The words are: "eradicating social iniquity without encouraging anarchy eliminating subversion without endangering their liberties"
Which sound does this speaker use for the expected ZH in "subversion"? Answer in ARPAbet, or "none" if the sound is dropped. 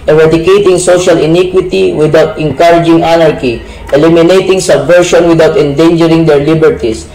SH